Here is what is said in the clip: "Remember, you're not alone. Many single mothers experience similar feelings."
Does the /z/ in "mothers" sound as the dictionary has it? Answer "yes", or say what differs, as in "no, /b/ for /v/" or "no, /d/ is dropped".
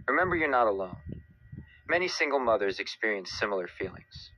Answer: yes